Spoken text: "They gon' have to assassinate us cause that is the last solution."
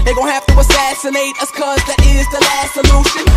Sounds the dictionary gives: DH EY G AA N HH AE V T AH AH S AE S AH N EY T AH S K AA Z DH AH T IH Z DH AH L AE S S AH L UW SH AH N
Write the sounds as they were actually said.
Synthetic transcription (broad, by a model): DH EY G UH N HH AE F T AH AH S AE S AH N EY T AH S K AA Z DH AH T IH Z DH AH L AE S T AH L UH SH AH N